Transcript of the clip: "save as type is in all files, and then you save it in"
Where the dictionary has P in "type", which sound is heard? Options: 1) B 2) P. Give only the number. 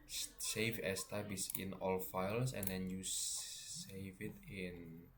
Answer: 1